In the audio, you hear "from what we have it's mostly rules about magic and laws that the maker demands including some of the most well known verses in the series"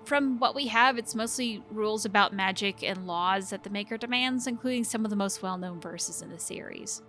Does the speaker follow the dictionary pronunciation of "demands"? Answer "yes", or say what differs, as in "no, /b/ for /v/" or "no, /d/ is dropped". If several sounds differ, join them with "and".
yes